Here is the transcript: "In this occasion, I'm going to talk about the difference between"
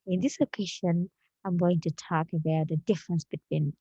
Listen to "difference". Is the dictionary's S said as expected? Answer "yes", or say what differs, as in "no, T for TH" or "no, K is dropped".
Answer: yes